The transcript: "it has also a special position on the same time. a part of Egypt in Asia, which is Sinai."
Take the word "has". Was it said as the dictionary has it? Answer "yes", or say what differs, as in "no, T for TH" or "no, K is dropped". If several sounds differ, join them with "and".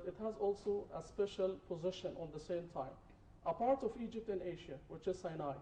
yes